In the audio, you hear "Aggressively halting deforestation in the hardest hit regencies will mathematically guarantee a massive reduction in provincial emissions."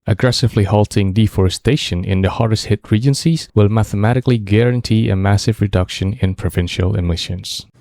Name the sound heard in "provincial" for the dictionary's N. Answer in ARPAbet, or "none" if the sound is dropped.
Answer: N